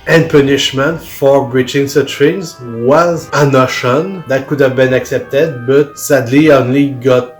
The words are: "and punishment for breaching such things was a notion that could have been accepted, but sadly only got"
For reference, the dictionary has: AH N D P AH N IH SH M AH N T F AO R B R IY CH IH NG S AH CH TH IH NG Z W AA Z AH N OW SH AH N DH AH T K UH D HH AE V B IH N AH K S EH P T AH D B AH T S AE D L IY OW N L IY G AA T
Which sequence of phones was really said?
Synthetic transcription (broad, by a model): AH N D P AH N IH SH M AH N T F AO R B R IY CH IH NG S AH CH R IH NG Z W AA Z AH N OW SH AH N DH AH T K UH D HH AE V B IH N AH K S EH P T AH D B AH T S AE D L IY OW N L IY G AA T